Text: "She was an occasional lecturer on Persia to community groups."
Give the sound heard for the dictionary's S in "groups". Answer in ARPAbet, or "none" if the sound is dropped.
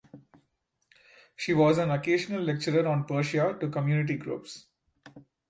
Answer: S